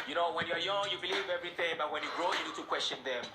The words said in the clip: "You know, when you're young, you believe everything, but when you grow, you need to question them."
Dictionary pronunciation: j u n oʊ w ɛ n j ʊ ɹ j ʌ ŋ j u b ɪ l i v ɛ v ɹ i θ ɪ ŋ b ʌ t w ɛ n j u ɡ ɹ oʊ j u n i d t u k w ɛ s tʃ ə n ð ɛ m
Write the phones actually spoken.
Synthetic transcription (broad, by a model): j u n oʊ w ɛ n j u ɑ j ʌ ŋ j u b ɪ l i v ɛ v ɹ i θ ɪ ŋ b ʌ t w ɛ n j u ɡ ɹ oʊ j u n i d t u k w ɛ s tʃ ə n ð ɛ m